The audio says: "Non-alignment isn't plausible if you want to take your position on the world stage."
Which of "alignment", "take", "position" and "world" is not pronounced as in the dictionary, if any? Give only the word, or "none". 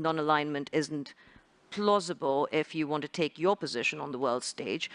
none